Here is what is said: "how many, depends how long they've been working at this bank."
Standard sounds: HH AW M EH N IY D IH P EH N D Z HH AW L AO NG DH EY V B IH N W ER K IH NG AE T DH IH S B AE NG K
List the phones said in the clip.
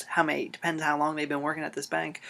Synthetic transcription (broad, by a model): HH AW M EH IY D IH P EH N D Z HH AW L AO NG DH EY V B IH N W ER K IH NG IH T DH IH S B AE NG K